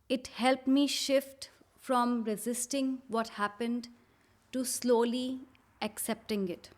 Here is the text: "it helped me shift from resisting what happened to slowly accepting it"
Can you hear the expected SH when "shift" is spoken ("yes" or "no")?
yes